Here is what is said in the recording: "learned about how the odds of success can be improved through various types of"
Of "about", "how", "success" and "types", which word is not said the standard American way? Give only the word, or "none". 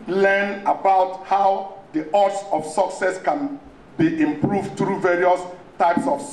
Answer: none